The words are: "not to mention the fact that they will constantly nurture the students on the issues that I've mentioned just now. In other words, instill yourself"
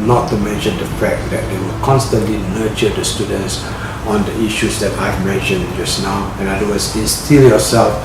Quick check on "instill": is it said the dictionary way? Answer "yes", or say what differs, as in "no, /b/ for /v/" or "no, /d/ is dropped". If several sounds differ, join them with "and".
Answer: no, /n/ is dropped